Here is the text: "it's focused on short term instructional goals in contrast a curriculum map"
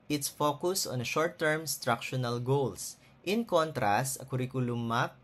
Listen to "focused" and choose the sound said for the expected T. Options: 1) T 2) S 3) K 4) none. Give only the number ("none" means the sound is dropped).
4